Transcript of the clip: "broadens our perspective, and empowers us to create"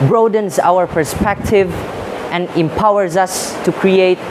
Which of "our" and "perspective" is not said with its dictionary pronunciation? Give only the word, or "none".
none